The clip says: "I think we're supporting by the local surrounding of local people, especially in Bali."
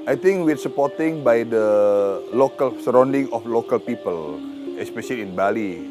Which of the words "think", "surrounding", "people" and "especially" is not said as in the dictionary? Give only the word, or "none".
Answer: think